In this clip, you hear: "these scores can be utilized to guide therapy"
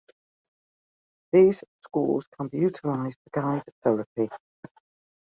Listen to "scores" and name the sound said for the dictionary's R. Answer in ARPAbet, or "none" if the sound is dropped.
L